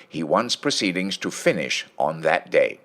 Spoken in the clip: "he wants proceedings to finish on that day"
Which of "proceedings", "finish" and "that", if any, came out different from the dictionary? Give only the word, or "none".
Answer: none